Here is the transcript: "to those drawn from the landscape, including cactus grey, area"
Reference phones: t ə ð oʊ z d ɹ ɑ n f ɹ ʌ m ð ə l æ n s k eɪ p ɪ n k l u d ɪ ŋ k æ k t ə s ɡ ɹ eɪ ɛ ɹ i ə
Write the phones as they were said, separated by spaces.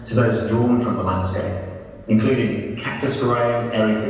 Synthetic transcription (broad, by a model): t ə ð oʊ z d ɹ ɑ n f ɹ ʌ m ð ə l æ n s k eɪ ɪ n k l u d ɪ ŋ k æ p t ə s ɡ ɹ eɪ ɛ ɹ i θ